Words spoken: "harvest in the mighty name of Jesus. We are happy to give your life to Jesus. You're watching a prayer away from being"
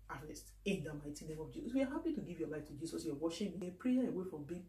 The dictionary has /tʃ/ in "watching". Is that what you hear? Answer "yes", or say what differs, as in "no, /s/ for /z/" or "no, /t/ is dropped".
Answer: no, /ʃ/ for /tʃ/